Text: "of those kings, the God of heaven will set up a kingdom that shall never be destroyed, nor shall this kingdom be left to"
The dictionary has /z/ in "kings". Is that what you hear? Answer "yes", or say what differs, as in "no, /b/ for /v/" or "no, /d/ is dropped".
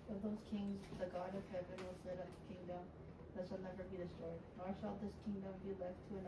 yes